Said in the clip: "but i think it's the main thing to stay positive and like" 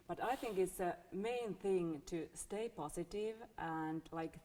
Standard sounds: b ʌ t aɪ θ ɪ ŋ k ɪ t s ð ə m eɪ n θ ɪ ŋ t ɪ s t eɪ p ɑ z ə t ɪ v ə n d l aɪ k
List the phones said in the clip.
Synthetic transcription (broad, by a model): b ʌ t aɪ θ ɪ ŋ k ɪ t s ð ə m eɪ n θ ɪ ŋ t ɪ s t eɪ p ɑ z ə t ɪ v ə n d l aɪ k